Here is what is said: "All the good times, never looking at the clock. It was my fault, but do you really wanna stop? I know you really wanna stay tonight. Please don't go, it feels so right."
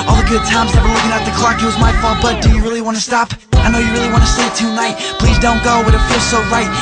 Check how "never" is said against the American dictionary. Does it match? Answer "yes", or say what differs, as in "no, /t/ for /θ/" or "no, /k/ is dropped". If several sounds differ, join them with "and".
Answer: no, /w/ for /v/